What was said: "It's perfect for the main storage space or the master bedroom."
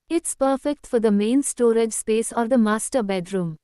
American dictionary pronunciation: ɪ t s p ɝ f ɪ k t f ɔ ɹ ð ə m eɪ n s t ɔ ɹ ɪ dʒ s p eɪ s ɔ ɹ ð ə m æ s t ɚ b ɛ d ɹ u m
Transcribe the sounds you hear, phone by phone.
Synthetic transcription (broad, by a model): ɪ t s p ɝ f ɪ k t f ɔ ɹ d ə m eɪ n s t ɔ ɹ ɪ dʒ s p eɪ s ɔ ɹ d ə m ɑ s t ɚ b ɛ d ɹ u m